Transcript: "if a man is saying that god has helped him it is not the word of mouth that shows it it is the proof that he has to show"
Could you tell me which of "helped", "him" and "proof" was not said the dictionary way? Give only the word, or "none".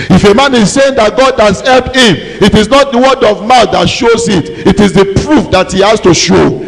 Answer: helped